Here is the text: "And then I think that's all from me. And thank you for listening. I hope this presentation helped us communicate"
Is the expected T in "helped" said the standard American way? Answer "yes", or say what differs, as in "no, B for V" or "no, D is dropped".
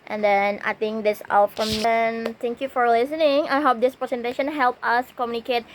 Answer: no, T is dropped